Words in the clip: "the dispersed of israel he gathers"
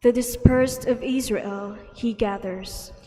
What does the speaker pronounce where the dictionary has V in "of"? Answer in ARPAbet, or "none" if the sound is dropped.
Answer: V